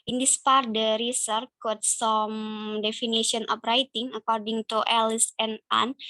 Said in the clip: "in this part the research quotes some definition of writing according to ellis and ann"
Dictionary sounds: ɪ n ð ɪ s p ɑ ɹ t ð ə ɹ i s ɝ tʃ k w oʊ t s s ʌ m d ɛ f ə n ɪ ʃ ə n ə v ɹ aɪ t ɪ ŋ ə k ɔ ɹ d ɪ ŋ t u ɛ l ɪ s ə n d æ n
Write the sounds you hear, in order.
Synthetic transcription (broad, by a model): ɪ n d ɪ s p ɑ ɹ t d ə ɹ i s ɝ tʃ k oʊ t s s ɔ m d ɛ f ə n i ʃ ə n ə p ɹ aɪ t ɪ ŋ ə k ɔ ɹ d ɪ ŋ t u ɛ l ɪ s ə n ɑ n